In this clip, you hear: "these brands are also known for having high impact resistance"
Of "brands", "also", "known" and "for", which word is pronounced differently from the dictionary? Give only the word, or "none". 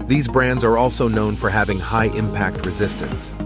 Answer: none